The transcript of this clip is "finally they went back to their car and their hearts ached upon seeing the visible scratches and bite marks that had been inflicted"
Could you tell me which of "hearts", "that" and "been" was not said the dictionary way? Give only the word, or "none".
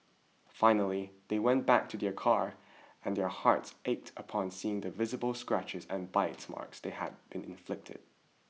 none